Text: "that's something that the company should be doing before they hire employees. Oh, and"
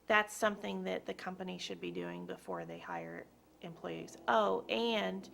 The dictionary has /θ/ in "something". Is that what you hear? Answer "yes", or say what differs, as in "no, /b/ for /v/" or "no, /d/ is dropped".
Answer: yes